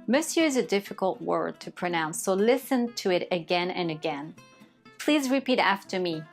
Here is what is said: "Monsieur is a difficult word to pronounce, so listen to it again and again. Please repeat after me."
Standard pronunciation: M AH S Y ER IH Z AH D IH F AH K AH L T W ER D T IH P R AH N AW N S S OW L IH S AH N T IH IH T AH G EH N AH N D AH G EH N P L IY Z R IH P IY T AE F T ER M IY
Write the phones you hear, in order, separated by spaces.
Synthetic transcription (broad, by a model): M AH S Y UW IH Z AH D IH F AH K AH L T W ER D T IH P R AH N AW N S S OW L IH S AH N T IH IH T AH G EH N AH N AH G EH N P L IY Z R IH P IY T AE F T ER M IY